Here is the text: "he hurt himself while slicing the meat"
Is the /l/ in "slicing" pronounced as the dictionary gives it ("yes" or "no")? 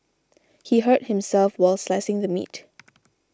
yes